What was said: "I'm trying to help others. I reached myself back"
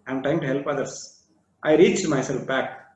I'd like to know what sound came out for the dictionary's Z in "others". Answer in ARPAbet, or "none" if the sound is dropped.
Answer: S